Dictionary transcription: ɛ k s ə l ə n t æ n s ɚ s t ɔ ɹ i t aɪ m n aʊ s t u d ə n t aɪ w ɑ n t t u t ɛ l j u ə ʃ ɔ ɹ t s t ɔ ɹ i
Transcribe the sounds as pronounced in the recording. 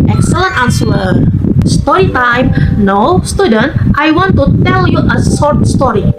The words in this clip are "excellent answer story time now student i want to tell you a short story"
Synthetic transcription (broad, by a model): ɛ k s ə l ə n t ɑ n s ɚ s t ɔ ɹ i t aɪ m n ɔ s t u d ə n t aɪ w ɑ n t t u t ɛ l j u ə s ɔ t s t ɔ ɹ i